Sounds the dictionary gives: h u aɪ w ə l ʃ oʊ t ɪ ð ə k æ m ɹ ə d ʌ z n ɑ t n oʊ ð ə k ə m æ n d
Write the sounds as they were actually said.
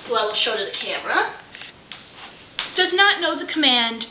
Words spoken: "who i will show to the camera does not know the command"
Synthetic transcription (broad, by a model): w ə l ʃ oʊ t ɪ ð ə k æ m ɹ ə d ʌ z n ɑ t n oʊ ð ə k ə m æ n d